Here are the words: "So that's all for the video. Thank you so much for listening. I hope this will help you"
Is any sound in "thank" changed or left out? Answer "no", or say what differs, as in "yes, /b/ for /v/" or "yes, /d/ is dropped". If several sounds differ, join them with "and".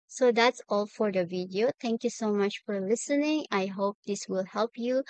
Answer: yes, /t/ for /θ/